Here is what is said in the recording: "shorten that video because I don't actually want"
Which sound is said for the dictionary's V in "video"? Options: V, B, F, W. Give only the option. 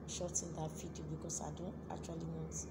F